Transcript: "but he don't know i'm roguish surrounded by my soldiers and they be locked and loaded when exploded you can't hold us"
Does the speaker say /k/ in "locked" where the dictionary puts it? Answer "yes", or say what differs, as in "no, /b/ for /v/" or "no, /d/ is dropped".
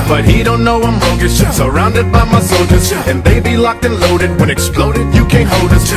yes